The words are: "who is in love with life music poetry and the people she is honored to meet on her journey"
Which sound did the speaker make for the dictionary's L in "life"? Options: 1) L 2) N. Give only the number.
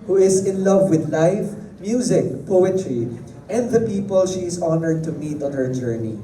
1